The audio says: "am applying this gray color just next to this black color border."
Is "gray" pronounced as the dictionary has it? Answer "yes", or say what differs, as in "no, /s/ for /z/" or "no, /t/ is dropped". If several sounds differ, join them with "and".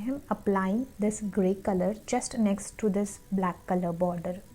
yes